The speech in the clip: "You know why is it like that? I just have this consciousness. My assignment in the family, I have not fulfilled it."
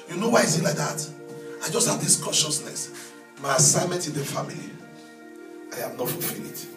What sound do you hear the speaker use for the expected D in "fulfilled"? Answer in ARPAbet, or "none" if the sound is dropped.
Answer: none